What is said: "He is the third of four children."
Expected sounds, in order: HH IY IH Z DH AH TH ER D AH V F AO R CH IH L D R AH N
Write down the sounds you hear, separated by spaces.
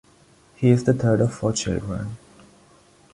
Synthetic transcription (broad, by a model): HH IY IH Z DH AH T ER D AH V F AO CH IH L D R AH N